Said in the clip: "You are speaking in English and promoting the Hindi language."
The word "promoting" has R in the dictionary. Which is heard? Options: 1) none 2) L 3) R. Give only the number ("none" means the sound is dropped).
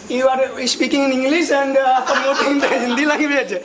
1